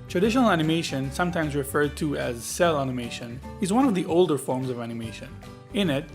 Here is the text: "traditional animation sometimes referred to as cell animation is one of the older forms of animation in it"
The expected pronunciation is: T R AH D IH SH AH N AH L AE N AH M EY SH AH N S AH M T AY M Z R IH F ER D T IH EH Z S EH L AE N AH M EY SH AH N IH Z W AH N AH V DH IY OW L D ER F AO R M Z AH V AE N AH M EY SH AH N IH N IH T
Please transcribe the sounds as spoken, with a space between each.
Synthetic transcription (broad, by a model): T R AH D IH SH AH N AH L AE N AH M EY SH AH N S AH M T AY M Z R IH F ER D T IH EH Z S EH L AE N AH M EY SH AH N IH Z W AH N AH V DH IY OW L D ER F AO R M Z AH V AE N AH M EY SH AH N IH N IH T